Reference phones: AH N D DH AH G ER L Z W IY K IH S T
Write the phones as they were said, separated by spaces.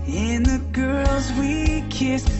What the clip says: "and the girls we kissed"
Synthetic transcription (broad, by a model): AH N DH AH G ER L Z W IY K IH S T